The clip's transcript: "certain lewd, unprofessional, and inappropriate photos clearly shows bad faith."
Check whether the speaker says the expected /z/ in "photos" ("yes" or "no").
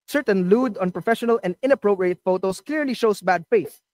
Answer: no